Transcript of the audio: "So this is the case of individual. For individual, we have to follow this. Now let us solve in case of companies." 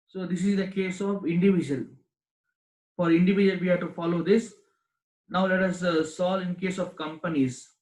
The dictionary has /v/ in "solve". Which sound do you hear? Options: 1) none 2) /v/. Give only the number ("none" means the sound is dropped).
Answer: 1